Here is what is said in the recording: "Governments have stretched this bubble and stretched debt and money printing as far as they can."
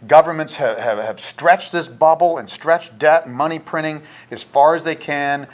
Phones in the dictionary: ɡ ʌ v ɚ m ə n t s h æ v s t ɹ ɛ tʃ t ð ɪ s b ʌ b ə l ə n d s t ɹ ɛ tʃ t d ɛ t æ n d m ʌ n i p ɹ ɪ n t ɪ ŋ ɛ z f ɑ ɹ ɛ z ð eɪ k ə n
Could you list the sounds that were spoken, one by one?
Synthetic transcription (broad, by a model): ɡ ʌ v ɚ m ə n t s h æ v s t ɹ ɛ tʃ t ð ɪ s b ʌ b l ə n s t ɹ ɛ tʃ d ɛ t m ʌ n i p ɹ ɪ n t ɪ ŋ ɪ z f ɑ ɹ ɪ z ð eɪ k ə n